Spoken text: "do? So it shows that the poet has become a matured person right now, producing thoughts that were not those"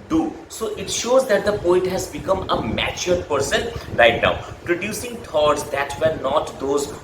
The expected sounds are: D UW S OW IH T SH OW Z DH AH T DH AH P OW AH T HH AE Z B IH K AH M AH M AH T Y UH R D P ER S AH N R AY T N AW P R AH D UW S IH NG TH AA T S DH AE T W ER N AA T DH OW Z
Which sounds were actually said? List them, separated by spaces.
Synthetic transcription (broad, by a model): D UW S OW IH T SH OW Z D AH T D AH P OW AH T HH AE Z B IH K AH M AH M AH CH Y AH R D P ER S AH N R AY T N AW P R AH D UW S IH NG T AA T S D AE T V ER N AA T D OW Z